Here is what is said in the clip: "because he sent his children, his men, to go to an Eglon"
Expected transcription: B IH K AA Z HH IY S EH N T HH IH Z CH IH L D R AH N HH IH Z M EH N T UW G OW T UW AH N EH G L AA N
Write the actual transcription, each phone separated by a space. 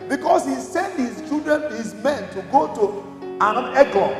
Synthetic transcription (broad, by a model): B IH K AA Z HH IY S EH N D HH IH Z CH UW D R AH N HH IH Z M EH N T UW G OW T UW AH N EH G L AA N